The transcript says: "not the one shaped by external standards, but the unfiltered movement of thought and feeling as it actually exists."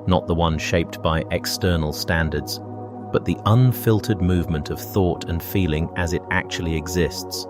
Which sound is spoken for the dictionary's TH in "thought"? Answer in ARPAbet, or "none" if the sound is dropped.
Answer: TH